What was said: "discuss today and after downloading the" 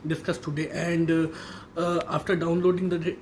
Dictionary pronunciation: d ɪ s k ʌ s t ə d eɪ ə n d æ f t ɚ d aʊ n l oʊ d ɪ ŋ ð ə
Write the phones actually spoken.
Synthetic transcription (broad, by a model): d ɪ s k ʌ s t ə d eɪ ə n d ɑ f t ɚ d aʊ n l oʊ d ɪ ŋ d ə